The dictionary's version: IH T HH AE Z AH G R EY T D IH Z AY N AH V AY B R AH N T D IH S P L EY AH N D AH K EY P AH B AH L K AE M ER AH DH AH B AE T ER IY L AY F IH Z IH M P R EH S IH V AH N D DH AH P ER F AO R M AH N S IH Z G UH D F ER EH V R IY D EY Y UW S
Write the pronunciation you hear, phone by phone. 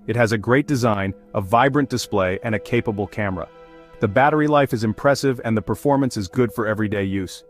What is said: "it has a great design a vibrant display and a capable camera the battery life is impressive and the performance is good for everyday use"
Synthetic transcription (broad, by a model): IH T HH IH Z AH G R EY T D IH Z AY N AH V AY B R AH N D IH S P L EY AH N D AH K EY P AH B L K AE M ER AH DH AH B AE T ER IY L AY F IH Z IH M P R EH S IH V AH N DH AH P ER F AO R M AH N S IH Z G UH D F ER EH V R IY D EY Y UW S